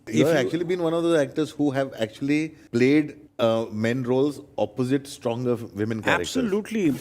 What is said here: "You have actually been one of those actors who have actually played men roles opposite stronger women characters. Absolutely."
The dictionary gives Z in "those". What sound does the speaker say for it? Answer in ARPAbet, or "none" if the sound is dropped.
none